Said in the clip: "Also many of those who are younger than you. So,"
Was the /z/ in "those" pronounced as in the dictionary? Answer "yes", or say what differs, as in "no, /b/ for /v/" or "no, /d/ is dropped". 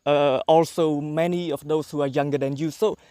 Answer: no, /s/ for /z/